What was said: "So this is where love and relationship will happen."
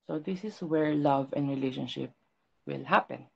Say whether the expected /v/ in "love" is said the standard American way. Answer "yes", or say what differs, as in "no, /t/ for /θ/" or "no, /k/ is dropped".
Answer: yes